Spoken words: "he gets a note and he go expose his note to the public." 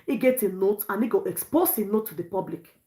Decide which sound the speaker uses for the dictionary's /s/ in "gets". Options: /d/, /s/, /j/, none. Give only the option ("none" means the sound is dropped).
none